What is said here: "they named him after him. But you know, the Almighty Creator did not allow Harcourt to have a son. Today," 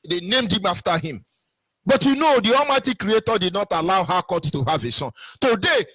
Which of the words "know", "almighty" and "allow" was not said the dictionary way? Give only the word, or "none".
almighty